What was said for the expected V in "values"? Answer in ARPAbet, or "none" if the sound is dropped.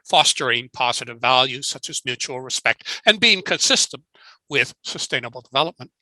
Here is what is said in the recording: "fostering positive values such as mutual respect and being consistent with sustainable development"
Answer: V